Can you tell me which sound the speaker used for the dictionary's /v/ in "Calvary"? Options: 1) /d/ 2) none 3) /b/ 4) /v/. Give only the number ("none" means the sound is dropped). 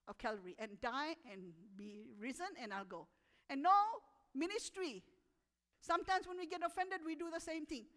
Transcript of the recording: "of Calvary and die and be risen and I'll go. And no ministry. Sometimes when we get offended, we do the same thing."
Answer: 2